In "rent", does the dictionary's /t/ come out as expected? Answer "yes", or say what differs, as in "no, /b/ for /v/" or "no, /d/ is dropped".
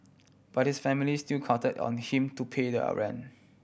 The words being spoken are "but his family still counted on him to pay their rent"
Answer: no, /t/ is dropped